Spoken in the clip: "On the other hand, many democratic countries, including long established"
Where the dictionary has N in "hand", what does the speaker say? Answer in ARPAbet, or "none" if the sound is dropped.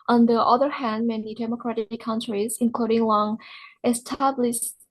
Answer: N